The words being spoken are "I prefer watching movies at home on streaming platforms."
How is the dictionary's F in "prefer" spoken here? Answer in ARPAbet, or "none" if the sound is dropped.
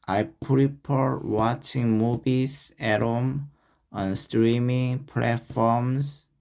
P